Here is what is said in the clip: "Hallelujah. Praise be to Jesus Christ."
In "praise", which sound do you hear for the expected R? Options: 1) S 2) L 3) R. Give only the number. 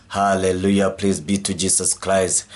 2